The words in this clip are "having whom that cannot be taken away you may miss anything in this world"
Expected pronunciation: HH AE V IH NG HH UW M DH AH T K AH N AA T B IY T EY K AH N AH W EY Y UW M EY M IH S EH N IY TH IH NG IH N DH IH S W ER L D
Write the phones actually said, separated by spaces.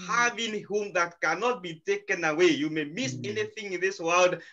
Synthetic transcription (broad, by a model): HH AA V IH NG HH UW M DH AH T K AH N AA T B IY T EY K AH N AH W EY Y UW M EY M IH S EH N IY TH IH NG IH N DH IH S W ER L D